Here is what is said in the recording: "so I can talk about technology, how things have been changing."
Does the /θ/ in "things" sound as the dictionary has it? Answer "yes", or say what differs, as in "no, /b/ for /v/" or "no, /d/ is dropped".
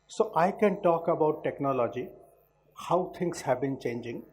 no, /t/ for /θ/